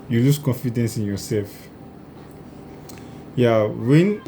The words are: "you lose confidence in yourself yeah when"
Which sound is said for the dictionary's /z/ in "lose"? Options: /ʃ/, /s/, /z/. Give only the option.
/s/